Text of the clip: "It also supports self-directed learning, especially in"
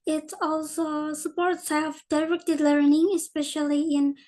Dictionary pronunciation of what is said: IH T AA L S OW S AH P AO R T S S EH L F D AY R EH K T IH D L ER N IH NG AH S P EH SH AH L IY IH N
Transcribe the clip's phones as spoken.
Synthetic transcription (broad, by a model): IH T AA L S OW S AH P AO R T S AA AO F D AY R EH K T IH D L ER N IH NG AH S P EH SH AH L IY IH N